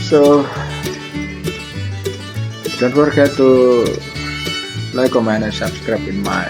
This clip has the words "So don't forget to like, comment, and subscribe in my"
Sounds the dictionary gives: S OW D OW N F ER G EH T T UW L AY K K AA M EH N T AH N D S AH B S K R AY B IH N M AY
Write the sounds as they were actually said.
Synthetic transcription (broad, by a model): S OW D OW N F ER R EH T T UW L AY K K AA M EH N AH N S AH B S K R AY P IH N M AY